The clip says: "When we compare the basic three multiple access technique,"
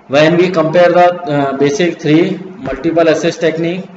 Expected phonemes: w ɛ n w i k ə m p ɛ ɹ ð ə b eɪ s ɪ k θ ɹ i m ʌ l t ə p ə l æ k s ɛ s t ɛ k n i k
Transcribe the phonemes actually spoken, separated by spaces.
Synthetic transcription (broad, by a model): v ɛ n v i k ə m p ɛ ɹ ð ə b eɪ s ɪ k t ɹ i m ʌ l t ə p ə l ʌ s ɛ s t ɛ k n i k